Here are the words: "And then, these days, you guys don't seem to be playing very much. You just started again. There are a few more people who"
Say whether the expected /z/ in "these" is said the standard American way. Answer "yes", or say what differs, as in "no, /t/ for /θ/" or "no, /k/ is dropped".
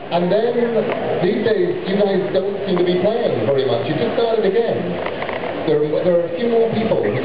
yes